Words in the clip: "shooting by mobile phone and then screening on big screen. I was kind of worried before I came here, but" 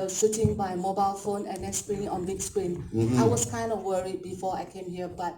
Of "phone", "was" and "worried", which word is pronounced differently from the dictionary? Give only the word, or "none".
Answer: was